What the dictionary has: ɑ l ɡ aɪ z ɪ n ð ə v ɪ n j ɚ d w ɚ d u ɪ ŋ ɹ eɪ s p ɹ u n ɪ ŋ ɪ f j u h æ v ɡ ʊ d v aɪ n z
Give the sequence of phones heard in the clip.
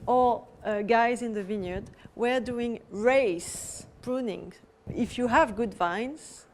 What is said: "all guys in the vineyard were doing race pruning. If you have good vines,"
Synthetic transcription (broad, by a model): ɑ ɡ aɪ z ɪ n ð ə v ɪ n j ɚ d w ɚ d u ɪ ŋ ɹ eɪ s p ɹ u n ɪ ŋ ɪ f j u h æ v ɡ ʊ d v aɪ n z